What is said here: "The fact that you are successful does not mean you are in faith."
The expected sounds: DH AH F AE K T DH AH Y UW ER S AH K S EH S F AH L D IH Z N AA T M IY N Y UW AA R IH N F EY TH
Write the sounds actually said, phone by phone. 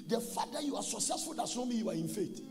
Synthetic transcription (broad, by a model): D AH F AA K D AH Y UW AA S AH K S EH S F AH L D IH S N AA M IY Y UW AA R IH N F EY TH